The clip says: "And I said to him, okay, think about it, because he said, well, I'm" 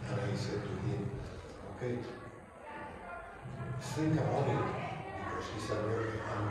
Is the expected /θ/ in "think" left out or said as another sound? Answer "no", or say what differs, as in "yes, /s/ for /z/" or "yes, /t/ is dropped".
yes, /s/ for /θ/